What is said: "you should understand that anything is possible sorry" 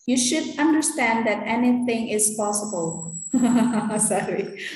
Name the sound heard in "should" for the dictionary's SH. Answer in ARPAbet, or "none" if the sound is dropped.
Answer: SH